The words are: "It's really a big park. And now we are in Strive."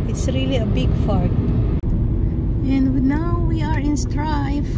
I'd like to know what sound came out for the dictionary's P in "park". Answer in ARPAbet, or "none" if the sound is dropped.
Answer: F